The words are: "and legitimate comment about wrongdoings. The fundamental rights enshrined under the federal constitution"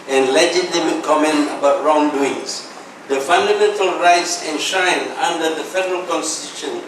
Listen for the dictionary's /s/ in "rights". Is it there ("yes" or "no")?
yes